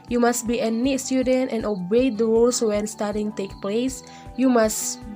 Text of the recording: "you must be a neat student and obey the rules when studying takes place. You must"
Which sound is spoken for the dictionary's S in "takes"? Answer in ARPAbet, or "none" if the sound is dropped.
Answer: none